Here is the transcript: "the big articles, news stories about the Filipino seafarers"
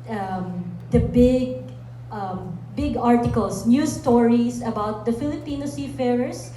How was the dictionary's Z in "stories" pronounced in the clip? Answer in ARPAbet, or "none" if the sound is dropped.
S